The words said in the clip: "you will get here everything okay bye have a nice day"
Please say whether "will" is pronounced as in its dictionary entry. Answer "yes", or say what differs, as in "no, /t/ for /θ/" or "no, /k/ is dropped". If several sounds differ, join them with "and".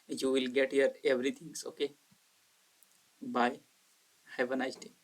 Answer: yes